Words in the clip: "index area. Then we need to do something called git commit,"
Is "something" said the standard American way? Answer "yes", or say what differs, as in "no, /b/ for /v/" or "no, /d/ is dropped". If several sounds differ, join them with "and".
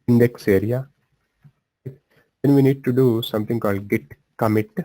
no, /t/ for /θ/